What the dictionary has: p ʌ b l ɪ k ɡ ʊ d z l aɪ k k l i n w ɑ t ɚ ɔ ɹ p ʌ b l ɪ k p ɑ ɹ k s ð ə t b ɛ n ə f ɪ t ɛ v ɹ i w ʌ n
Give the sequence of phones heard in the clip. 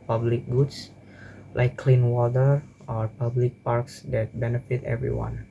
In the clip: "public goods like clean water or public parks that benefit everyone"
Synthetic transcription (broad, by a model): p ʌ b l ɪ k ɡ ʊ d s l aɪ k k l i n w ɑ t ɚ ɔ ɹ p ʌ b l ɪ k p ɑ ɹ k s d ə t b ɛ n ə f ɪ t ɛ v ɹ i w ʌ n